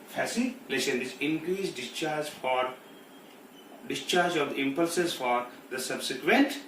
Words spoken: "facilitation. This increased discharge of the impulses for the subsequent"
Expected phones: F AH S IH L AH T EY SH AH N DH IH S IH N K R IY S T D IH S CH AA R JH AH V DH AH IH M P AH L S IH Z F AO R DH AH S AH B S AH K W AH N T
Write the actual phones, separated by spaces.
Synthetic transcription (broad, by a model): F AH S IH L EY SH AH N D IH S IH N K R IY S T D IH S CH AA R JH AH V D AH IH M P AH L S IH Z F AO R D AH S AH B S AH K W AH N T